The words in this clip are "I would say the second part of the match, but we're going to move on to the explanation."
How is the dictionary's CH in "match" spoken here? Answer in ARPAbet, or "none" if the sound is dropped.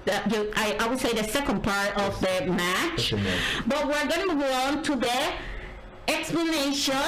CH